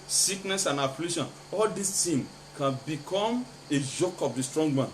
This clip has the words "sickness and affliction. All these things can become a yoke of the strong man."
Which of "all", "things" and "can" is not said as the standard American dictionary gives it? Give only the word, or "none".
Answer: things